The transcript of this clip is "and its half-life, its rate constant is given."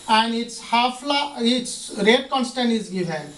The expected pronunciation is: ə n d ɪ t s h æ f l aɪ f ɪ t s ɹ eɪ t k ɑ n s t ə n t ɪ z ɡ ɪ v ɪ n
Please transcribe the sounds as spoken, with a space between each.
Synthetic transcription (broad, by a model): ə n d ɪ t s h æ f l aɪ ɪ t s ɹ eɪ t k ɑ n s t ə n t ɪ z ɡ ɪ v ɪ n